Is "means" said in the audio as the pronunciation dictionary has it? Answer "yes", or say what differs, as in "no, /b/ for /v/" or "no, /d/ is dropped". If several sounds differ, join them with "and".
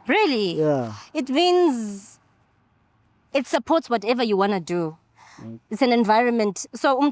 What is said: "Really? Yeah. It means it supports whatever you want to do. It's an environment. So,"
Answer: yes